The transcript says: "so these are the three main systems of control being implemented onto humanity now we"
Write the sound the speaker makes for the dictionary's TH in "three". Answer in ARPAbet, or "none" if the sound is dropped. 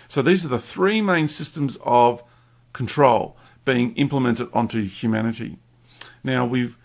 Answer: TH